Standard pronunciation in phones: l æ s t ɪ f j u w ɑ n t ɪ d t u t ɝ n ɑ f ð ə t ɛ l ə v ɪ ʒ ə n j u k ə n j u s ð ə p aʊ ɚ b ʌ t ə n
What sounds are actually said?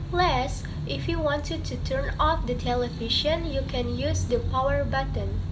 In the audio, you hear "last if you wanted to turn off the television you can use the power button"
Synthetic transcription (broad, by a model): l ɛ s t ɪ f j u w ɑ n t ɪ d t u t ɝ n ɑ f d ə t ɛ l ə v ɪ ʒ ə n j u k ə n j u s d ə p aʊ ɚ b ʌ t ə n